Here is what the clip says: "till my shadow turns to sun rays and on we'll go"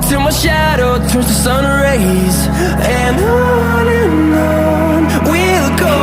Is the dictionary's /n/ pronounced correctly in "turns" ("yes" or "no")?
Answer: no